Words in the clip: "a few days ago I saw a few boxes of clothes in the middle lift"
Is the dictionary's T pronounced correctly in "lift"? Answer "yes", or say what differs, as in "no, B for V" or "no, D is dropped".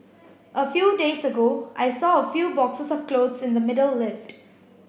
yes